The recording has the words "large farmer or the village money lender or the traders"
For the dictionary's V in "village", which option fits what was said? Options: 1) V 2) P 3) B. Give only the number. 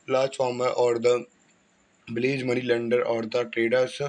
3